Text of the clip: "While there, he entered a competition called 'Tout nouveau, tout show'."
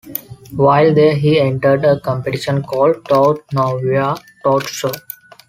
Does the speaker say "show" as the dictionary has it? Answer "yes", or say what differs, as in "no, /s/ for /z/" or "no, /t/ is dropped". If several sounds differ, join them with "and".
no, /s/ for /ʃ/